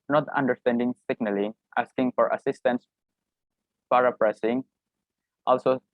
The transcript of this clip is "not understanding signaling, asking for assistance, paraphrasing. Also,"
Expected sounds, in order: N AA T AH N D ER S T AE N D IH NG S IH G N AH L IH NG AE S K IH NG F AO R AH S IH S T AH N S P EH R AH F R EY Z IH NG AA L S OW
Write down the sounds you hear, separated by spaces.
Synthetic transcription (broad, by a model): N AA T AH N D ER S T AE N D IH NG S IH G N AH L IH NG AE S K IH NG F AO R AH S IH S T AH N S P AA R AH P R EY S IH NG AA L S OW